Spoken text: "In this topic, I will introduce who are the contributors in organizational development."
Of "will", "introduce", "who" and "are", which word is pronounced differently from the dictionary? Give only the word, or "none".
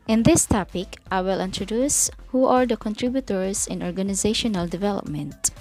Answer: none